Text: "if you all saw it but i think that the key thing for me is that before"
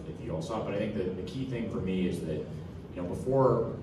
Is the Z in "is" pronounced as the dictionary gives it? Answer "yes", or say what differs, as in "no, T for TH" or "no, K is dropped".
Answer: yes